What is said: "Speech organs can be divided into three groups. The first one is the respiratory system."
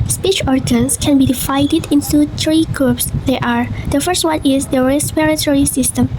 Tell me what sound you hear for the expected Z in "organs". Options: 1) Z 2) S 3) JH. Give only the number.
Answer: 2